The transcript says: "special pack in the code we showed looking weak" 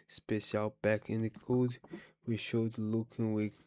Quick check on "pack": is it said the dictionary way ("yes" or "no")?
no